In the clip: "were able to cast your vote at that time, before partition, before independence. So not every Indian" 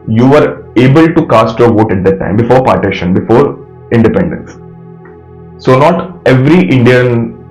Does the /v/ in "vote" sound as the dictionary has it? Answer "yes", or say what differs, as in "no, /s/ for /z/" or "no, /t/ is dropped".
yes